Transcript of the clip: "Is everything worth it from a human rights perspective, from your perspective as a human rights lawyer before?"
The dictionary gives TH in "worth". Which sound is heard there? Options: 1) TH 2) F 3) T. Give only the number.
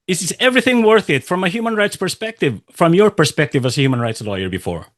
1